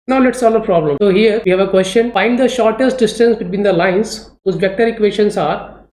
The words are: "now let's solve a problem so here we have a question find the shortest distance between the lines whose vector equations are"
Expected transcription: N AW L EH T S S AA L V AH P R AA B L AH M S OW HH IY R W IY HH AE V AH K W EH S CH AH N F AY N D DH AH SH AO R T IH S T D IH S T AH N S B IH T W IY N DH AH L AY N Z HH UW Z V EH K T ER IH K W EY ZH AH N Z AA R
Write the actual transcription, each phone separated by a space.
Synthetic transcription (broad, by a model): N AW L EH T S S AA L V AH P R AA B L AH M S OW HH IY R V IY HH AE V AH K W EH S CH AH N F AY N D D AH SH AO R T IH S T D IH S T AH N S B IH T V IY N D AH L AY N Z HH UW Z B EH K T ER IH K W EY SH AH N S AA R